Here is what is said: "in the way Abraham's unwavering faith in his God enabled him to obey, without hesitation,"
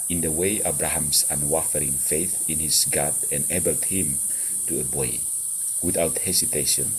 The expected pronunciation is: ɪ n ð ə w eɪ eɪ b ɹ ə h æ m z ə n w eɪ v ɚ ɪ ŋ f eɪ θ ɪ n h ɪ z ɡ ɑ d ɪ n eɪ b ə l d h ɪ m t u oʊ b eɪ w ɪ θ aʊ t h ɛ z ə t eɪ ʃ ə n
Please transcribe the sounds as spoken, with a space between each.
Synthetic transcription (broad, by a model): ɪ n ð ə w eɪ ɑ b ɹ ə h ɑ m s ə n w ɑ f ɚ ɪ ŋ f eɪ θ ɪ n h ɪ s ɡ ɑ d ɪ n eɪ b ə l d h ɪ m t u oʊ b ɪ w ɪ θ aʊ t h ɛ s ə t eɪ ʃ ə n